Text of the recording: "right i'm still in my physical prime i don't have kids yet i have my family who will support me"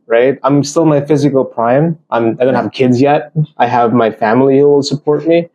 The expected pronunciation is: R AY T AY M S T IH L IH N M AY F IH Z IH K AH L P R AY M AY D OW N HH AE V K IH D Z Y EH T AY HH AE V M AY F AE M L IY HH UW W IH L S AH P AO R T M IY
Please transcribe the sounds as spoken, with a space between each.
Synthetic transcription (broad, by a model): R AY T AY M S T IH L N M AY F IH Z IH K L P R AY M AY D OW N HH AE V K IH D Z Y EH T AY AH V M AY F AE M L IY HH UW W IH L S AH P AO R T M IY